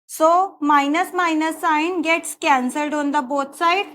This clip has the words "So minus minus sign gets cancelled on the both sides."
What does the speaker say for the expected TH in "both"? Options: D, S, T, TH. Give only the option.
T